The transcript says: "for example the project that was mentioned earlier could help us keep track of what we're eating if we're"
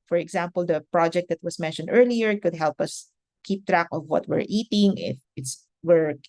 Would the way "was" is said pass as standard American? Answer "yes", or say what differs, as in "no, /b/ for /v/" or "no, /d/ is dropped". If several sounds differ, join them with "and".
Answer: no, /s/ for /z/